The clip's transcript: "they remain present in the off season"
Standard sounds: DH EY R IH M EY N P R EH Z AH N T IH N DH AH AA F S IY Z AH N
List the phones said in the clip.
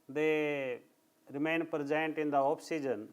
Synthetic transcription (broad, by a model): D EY R IH M EY N P R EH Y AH N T IH N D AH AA P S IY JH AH N